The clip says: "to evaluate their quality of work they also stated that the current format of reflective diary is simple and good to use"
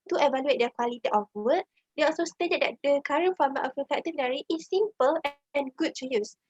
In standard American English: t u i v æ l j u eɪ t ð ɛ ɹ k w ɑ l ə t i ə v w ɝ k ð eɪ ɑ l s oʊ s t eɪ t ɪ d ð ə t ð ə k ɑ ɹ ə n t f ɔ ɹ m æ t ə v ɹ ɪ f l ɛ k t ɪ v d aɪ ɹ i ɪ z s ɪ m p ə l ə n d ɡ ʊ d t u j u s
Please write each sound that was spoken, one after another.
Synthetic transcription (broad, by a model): t u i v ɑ l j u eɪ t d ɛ k w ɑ l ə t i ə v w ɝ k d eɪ ɑ l s oʊ s t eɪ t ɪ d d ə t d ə k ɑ ɹ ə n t f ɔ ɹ m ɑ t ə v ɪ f ɛ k t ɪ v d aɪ ɹ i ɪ s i m p ə l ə n ɡ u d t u j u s